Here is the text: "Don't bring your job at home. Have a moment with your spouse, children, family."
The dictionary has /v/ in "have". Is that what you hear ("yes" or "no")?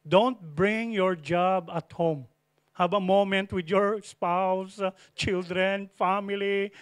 no